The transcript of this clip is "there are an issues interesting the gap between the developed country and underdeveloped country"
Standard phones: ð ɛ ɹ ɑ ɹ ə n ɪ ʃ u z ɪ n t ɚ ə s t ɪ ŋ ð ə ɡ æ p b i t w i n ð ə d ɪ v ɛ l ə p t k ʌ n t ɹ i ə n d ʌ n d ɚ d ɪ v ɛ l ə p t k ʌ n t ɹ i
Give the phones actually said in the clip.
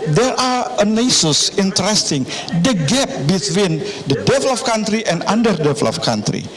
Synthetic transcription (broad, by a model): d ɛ ɹ ɑ ɹ ə n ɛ s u s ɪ n t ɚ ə s t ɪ ŋ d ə ɡ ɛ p b i t w i n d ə d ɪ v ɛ l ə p k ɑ n t ɹ i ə n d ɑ n d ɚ d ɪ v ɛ l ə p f k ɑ n t ɹ i